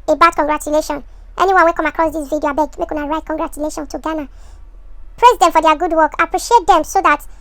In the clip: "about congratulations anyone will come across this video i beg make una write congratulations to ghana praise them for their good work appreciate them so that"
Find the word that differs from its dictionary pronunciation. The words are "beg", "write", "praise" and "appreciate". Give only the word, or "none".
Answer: none